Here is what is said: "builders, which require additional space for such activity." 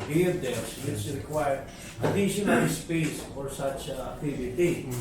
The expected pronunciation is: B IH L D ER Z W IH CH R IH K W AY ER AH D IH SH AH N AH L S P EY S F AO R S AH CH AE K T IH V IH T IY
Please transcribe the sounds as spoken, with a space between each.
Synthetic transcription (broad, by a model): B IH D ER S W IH S R IH K W AY ER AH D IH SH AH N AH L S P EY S F AO R S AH CH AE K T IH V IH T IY